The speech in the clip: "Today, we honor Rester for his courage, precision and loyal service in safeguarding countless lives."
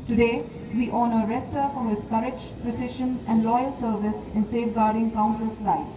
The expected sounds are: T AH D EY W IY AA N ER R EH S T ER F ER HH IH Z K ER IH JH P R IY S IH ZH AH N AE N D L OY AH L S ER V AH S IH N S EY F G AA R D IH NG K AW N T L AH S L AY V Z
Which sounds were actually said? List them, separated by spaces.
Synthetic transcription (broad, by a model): T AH D EY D IY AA N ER R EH S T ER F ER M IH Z K ER IH JH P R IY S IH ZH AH N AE N D L OY AH L S ER V AH S IH N S EY F G AA R D IH NG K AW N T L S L AY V